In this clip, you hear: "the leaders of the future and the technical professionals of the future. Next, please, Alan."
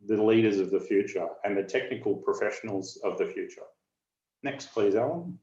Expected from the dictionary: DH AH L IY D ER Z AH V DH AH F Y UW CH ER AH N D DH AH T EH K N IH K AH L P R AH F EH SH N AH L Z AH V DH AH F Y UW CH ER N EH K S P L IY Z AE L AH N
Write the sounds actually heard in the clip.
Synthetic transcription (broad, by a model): DH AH L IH D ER Z AH V DH AH F Y UW CH ER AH N DH AH T EH K N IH K L P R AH F EH SH N L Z AH V DH AH F Y UW CH ER N EH K S P L IY Z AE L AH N